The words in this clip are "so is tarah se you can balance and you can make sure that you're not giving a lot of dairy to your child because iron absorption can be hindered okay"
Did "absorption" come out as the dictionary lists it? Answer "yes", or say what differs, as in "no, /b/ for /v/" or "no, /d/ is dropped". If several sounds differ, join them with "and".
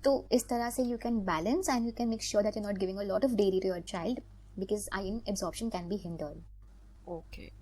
yes